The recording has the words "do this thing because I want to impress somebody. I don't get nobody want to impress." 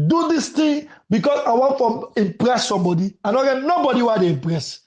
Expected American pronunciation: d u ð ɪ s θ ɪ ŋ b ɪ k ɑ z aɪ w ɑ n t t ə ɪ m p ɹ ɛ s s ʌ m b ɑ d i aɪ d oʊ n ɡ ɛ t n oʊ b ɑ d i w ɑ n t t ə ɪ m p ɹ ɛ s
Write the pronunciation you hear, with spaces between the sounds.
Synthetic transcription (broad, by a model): d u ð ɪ s t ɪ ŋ b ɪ k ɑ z aɪ w ɑ n t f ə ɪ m p ɹ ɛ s s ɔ m b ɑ d i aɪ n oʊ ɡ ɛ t n oʊ b ɑ d i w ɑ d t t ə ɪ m p ɹ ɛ s